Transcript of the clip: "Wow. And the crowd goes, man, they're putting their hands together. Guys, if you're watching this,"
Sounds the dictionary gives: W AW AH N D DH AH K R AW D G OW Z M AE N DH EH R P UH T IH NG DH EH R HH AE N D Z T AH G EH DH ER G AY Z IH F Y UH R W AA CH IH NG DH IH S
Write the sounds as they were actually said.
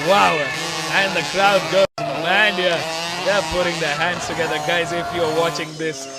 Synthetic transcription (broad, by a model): W AW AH N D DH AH K L AW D G OW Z M AE N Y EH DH P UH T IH NG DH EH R HH AE N D Z T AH G EH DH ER G AY Z IH F Y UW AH W AA CH IH NG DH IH S